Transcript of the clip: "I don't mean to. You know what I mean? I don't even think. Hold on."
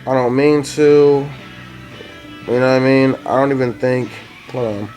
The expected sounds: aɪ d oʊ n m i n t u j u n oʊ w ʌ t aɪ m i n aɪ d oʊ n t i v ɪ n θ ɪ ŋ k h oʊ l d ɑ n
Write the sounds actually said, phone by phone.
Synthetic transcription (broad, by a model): aɪ d oʊ n m i n t u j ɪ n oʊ aɪ m i n aɪ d oʊ n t i v ɪ n θ ɪ ŋ k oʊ d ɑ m